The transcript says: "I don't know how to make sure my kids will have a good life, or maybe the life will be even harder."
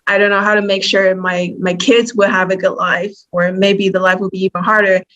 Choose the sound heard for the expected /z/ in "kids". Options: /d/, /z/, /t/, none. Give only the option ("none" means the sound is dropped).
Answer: /z/